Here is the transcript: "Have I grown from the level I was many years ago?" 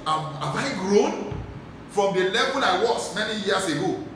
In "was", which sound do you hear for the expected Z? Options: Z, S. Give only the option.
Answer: S